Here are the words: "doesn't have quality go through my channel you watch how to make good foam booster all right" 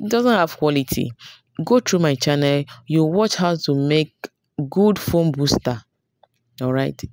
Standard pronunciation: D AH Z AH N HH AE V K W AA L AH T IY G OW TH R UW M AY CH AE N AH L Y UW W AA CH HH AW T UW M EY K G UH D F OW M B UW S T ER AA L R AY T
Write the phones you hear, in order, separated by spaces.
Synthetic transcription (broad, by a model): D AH Z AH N HH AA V K W AA L AH T IY G OW T R UW M AY CH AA N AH L Y UW W AA CH HH AW T UW M EY K G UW D F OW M B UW S T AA AA L R AY T